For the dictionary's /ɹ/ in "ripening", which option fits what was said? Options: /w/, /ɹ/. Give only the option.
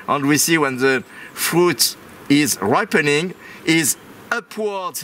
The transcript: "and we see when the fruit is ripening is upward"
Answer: /ɹ/